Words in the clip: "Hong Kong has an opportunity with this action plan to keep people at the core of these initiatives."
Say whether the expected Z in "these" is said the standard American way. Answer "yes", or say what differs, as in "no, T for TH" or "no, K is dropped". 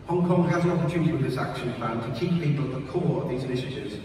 yes